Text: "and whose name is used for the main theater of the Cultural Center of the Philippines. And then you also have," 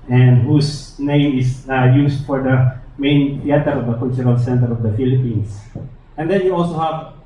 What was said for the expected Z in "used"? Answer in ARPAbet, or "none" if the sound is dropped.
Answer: S